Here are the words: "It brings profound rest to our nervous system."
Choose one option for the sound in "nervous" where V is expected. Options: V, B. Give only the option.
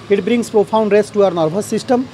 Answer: B